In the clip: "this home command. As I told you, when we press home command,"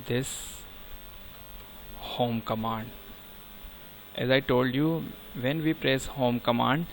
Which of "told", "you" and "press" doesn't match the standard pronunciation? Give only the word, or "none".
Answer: none